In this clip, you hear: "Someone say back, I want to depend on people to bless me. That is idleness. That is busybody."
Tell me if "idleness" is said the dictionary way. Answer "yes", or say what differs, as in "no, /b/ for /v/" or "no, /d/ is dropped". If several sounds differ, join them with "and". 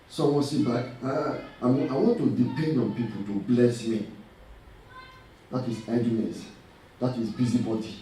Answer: no, /l/ is dropped